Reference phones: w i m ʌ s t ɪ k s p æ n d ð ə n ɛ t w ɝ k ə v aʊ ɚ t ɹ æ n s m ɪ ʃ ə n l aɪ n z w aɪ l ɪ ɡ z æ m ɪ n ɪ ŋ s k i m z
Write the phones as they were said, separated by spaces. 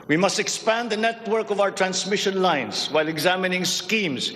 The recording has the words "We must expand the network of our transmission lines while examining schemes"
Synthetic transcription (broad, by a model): w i m ʌ s t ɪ k s p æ n d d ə n ɛ t w ɝ k ə v aʊ ɚ t ɹ æ n s m ɪ ʃ ə n l aɪ n s w aɪ l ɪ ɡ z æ m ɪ n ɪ ŋ s k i m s